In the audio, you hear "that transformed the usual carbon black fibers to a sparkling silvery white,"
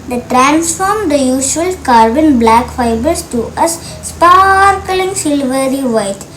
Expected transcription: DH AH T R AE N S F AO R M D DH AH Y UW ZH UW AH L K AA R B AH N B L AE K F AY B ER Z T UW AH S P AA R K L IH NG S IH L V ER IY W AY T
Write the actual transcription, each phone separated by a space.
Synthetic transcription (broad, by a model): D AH T R AE N S F AO R M D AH Y UW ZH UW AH L K AA R B AH N B L AE K F AY B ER S T UW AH S P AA R K L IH NG S IH L V ER IY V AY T